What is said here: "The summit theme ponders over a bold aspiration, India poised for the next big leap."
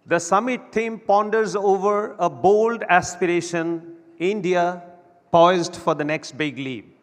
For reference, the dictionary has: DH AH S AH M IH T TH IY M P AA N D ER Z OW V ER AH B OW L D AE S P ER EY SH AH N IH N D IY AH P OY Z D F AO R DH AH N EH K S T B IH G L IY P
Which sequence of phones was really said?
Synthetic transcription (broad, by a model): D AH S AH M IH T T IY M P AA N D ER Z OW V ER AH B OW L D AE S P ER EY SH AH N IH N D IY AH P OY Z D F AO R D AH N EH K S T B IH G L IY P